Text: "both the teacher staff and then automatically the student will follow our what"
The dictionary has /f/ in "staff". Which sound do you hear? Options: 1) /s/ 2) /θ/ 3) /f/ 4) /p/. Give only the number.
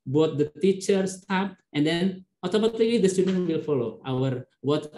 4